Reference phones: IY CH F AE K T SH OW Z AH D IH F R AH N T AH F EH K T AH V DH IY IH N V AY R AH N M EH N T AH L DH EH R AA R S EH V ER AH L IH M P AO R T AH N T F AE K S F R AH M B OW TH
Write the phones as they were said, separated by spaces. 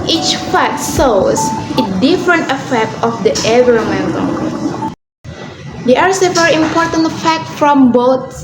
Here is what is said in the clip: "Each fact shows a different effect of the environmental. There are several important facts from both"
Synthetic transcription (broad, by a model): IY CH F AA T S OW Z AH D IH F R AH N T AH F EH K T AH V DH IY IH V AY R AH M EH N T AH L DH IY AA R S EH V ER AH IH M P AO R T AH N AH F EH K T F R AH M B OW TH